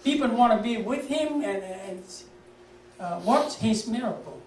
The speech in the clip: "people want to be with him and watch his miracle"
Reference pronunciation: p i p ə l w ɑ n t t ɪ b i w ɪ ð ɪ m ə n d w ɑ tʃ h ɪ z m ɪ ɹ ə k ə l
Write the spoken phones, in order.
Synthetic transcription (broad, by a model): p i p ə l w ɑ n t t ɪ b i w ɪ ð ɪ m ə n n w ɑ s h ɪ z m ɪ ɹ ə k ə l